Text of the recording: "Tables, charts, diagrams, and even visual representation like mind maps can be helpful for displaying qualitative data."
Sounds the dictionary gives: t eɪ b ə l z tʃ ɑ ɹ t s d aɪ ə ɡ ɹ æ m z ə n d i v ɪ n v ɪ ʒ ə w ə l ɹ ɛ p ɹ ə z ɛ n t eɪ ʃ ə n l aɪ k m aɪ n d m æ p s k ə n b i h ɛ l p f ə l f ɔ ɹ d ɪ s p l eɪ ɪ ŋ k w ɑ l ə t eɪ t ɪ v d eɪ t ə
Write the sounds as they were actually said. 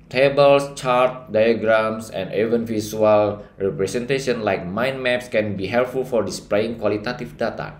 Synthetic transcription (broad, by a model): t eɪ b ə l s tʃ ɑ ɹ t d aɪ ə ɡ ɹ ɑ m s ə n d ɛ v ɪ n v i s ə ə l ɹ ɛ p ɹ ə s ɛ n t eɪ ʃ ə n l aɪ k m aɪ n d m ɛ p s k ə n b i h ɛ l p f ə l f ɔ ɹ d ɪ s p l eɪ ɪ ŋ k w ɑ l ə t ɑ t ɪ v d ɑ t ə